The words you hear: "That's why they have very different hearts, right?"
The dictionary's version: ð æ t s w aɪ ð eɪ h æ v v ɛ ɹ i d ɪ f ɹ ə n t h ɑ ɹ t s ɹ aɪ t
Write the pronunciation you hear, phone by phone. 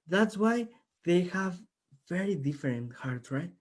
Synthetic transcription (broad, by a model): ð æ t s w aɪ ð eɪ h æ v v ɛ ɹ i d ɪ f ɹ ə n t h ɑ ɹ t s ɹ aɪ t